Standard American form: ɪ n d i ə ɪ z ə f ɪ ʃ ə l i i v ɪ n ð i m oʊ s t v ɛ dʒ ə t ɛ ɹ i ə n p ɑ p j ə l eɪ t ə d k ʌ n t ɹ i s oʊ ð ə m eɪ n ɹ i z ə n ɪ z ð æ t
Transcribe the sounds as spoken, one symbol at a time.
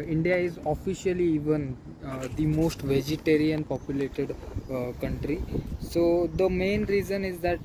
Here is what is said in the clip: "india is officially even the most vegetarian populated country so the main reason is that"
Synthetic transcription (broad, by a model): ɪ n d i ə ɪ z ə f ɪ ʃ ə l i i v ɪ n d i m oʊ s t v ɛ dʒ ə t ɛ ɹ i ə n p ɑ p j ə l eɪ t ə d k ʌ n t ɹ i s oʊ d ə m eɪ n ɹ i z ə n ɪ z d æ t